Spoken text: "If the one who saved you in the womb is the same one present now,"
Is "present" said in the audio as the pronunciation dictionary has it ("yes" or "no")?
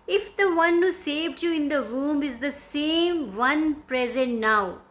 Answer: yes